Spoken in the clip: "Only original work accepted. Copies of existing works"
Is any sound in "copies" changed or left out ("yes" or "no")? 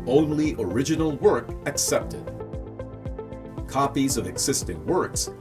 no